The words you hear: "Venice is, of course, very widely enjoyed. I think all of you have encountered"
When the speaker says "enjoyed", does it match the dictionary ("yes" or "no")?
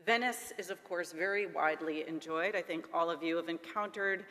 yes